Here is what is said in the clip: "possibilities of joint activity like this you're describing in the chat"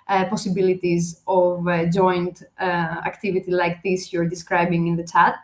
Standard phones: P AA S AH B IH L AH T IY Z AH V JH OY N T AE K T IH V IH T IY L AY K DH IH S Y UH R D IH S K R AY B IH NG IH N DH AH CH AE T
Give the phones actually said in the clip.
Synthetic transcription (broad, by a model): P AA S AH B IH L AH T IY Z AH V JH OY N T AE K T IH V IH T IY L AY K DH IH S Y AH R D IH S K R AY B IH NG IH N DH AH CH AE T